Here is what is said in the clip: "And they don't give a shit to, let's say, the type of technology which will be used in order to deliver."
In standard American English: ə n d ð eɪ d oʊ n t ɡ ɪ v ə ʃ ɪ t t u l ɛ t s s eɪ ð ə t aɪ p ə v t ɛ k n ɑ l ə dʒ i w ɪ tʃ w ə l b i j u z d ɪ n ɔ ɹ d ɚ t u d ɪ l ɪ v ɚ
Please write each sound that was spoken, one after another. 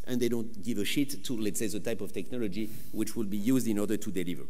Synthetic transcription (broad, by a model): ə n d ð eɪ d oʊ n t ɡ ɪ v ə ʃ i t t u l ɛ t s s eɪ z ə t aɪ p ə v t ɛ k n ɑ l ə dʒ i w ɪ tʃ w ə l b i j u z d ɪ n ɔ ɹ d ɚ t u d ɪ l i v ɚ